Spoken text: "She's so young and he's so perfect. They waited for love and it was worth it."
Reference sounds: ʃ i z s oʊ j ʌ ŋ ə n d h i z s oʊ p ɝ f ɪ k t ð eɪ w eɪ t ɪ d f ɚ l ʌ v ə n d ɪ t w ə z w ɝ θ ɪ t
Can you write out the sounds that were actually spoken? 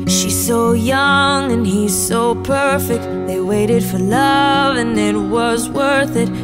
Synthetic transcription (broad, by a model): ʃ i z s oʊ j ʌ ŋ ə n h i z s oʊ p ɝ f ɪ k t ð eɪ w eɪ t ɪ d f ɚ l ʌ v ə n ɪ t w ə z w ɝ θ ɪ t